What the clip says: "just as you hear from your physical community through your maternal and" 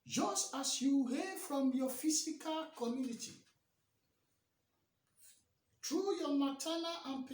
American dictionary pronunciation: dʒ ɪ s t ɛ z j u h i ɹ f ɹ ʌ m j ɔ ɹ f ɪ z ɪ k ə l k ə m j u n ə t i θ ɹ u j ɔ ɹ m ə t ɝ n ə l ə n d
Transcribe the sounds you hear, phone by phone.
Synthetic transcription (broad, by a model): dʒ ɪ s t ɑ s j u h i f ɹ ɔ m j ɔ f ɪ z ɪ k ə l k ə m j u n ə t i t ɹ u j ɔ m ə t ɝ l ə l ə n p